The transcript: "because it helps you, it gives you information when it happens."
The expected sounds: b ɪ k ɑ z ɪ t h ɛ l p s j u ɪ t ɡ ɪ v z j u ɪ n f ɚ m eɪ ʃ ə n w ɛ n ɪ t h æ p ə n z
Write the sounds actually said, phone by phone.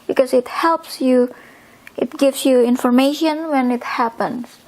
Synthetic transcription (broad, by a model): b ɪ k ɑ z ɪ t h ɛ l p s j u ɪ t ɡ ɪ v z j u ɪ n f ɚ m eɪ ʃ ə n w ɛ n ɪ t h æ p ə n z